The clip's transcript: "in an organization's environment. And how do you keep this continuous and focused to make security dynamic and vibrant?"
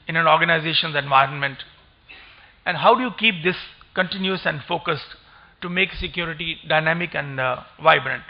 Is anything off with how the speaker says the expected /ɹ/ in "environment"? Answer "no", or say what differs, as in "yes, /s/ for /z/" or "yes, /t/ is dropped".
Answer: no